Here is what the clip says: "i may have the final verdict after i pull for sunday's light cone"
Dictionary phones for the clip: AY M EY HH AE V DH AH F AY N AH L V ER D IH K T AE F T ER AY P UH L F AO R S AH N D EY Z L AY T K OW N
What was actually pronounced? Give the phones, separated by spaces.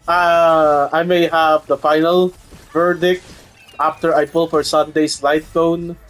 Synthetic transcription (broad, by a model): AY M EY HH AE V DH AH F AY N AH L V ER D IH K T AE F T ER AY P UH L F AO R S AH N D EY S L AY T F OW N